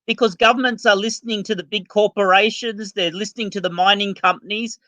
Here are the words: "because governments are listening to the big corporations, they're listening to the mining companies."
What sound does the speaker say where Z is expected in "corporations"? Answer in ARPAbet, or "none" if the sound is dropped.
Z